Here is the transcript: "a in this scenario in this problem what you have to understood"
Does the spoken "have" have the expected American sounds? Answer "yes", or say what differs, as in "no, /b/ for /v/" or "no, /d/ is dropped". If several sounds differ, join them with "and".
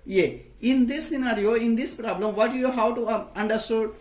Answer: no, /w/ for /v/